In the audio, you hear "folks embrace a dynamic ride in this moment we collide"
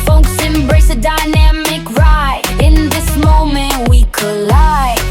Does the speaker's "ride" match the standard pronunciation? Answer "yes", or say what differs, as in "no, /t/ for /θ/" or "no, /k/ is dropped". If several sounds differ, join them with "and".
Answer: no, /d/ is dropped